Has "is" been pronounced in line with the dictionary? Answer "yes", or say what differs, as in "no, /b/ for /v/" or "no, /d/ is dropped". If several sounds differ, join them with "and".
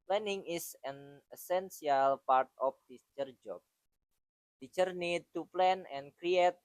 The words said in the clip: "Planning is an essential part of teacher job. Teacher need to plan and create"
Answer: no, /s/ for /z/